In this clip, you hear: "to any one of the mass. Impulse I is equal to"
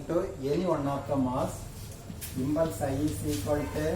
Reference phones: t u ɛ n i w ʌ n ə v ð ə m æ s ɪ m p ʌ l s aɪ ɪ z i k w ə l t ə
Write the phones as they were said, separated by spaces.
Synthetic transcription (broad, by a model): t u ɛ n i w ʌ n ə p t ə m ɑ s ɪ m b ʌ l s aɪ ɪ s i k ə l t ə